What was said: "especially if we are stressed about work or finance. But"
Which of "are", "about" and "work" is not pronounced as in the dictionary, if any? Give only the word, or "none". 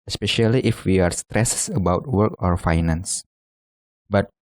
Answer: none